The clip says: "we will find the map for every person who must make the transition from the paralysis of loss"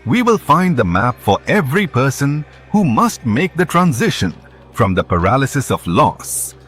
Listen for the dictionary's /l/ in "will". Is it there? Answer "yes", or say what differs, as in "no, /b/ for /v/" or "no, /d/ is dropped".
yes